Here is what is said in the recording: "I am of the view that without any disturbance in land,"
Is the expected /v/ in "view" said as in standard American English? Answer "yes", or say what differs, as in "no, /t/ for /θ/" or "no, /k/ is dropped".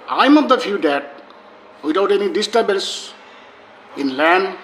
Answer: no, /f/ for /v/